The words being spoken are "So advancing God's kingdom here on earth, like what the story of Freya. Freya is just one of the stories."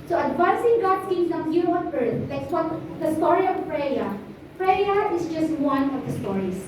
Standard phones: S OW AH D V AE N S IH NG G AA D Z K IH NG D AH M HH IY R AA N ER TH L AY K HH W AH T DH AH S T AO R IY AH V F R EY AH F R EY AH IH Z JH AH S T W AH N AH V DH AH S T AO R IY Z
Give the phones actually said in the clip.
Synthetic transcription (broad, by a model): S OW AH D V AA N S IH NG G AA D S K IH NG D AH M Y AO W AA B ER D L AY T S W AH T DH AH S T AO R IY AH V P R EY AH P R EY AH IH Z JH AH S T W AH N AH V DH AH S T AO R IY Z